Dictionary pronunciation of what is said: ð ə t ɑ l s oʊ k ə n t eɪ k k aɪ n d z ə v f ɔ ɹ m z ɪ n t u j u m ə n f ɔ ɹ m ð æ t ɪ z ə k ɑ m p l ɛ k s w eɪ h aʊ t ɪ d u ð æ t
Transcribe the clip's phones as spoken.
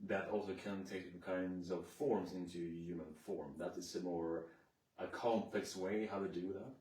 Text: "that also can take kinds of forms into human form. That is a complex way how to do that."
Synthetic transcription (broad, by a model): ð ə t ɑ l s oʊ k ə n t eɪ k k aɪ n d z ə v f ɔ ɹ m z ɪ n t u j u m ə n f ɔ ɹ m ð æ t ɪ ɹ ə k ɑ m p l ɛ k s w eɪ h aʊ t ɪ d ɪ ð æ t